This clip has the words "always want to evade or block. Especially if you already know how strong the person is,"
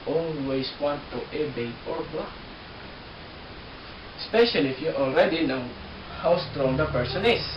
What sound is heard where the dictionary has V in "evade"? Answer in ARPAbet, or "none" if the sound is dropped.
B